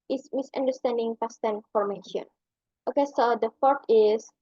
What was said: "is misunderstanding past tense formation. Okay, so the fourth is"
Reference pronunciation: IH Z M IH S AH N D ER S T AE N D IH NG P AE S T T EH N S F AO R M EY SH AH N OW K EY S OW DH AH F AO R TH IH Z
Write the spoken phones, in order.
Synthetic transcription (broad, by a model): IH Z M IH S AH N D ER S T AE N D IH NG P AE S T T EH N F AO R M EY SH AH N OW K EY S OW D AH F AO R T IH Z